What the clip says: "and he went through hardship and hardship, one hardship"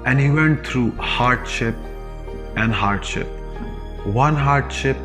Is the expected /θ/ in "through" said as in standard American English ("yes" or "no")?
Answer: no